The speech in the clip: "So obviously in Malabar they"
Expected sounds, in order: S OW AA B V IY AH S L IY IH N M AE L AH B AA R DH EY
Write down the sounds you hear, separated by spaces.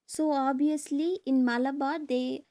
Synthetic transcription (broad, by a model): S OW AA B IY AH S L IY IH N M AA L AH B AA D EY